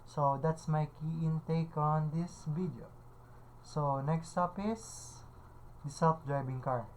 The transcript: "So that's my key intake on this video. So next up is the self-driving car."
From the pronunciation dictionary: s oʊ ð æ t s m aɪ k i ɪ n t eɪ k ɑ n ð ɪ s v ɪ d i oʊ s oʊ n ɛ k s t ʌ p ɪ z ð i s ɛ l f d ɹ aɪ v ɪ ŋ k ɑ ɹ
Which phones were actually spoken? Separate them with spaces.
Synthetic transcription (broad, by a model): s oʊ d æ t s m aɪ k i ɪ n t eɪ k ɑ n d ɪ s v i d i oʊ s oʊ n ɛ k s t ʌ p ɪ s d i s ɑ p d ɹ aɪ b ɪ ŋ k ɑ ɹ